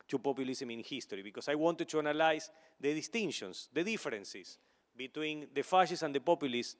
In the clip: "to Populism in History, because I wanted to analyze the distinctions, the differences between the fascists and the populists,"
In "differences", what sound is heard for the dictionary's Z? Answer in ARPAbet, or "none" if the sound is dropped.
S